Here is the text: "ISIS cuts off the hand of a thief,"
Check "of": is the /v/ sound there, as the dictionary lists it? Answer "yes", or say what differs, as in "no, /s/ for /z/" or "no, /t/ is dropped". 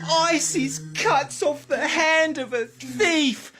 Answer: yes